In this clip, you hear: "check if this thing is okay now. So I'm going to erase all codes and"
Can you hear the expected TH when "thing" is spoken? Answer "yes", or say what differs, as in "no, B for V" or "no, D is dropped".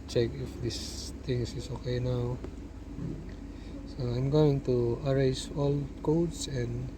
no, T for TH